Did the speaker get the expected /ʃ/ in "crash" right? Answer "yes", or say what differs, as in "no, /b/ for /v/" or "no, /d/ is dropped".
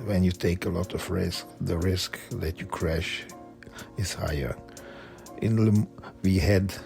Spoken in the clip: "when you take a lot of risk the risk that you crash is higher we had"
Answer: yes